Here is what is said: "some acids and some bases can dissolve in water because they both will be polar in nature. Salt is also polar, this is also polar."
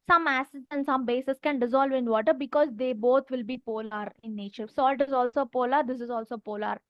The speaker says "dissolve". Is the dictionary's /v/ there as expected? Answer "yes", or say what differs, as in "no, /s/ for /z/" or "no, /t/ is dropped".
yes